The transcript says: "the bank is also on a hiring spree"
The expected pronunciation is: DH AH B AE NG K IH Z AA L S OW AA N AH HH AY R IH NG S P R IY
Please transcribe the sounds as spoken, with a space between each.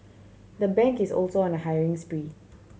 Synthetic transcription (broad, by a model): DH AH B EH NG K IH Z AA L S OW AA N AH HH AY R IH NG S P R IY